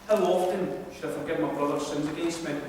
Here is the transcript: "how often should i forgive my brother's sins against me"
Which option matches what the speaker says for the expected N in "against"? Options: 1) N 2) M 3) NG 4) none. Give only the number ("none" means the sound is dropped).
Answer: 4